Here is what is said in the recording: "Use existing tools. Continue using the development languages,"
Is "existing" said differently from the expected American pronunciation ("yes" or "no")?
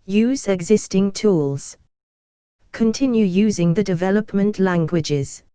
no